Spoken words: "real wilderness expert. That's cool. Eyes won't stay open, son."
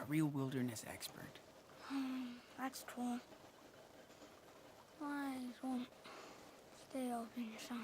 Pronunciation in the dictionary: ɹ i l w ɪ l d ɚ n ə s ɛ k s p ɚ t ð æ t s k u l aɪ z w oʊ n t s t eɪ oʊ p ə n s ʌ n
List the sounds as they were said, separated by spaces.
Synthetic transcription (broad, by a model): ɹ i l w ɪ l d ɚ n ə s ɛ k s p ɚ t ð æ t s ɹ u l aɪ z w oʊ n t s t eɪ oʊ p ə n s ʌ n